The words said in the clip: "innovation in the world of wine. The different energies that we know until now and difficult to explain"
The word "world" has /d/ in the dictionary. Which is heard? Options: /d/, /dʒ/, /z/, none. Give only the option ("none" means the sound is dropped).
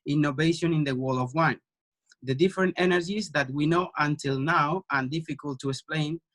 none